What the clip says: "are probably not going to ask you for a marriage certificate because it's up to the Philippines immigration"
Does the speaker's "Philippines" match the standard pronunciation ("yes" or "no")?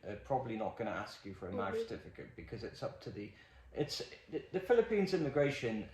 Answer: yes